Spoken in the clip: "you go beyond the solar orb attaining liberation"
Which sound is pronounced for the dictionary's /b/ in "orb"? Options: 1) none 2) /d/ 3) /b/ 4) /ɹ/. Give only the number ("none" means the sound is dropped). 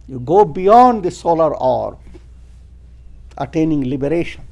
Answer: 1